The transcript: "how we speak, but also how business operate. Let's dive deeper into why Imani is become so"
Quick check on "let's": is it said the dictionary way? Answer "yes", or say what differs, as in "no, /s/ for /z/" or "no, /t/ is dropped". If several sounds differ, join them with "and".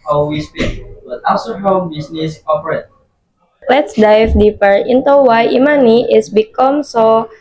yes